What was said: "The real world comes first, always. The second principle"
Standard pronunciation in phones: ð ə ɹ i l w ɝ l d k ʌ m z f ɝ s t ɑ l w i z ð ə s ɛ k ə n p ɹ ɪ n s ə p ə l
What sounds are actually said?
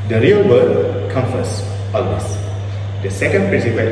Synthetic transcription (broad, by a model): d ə ɹ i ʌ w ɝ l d k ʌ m f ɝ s ɑ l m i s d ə s ɛ k ə n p ɹ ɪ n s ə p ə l